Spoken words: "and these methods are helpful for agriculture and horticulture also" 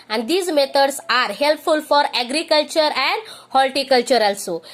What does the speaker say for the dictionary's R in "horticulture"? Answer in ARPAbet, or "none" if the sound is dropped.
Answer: L